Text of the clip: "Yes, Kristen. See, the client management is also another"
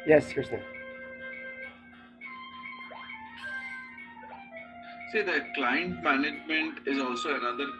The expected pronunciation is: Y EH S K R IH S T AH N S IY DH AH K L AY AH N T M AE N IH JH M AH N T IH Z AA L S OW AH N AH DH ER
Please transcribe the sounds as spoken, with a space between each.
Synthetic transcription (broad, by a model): Y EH S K IH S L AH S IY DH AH K L AY AH N T M AE N IH JH M AH N T IH Z AA L S OW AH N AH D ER